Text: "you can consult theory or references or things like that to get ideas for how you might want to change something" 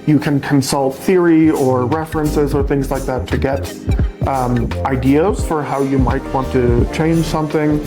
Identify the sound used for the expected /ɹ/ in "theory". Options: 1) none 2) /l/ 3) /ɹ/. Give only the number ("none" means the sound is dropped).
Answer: 3